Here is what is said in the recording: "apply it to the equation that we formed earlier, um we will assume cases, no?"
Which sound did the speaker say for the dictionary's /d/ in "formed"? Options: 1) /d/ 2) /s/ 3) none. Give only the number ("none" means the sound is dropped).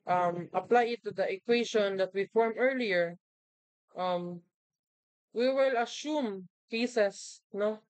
3